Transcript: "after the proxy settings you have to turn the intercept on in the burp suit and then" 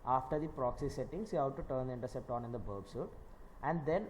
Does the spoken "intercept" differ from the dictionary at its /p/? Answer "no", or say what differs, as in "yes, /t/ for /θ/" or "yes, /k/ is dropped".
no